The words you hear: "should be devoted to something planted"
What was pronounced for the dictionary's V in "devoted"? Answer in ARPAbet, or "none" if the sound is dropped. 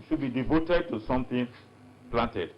V